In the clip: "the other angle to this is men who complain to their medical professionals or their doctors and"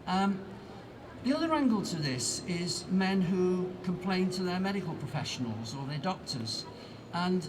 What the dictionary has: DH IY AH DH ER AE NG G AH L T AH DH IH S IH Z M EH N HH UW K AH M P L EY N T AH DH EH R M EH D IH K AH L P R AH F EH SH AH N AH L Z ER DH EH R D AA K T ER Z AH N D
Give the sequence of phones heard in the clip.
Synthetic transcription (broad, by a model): DH IY AH DH ER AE NG G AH L T AH DH IH S IH Z M EH N HH UW K AH M P L EY N T AH DH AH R M EH D IH K AH L P R AH F EH SH AH N AH L Z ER DH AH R D AA K T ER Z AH N